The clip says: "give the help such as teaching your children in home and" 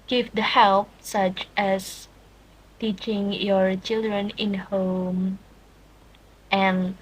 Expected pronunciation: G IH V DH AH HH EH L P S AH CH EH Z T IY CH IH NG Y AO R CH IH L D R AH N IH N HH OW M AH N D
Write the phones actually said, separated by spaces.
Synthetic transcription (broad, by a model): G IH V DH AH HH EH L P S AH CH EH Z T IY CH IH NG Y AO R CH IH L D R AH N IH N HH OW M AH N